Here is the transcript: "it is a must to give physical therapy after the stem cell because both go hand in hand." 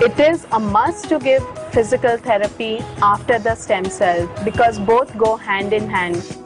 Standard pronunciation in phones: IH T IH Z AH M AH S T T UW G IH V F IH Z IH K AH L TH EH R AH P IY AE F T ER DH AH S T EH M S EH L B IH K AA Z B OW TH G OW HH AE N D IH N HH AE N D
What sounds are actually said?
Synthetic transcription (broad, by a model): IH T IH Z AH M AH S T T UW G IH V F IH Z IH K AH L T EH R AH P IY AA F T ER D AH S T EH M S EH L B IH K AA Z B OW T G OW HH AE N D IH N HH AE N D